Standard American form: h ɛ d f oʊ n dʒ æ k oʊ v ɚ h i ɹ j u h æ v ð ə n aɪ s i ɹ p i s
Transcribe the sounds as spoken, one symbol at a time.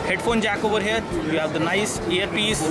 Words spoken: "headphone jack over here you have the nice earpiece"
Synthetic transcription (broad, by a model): h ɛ d f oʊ n dʒ æ k oʊ v ɚ h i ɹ j u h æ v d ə n aɪ s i ɹ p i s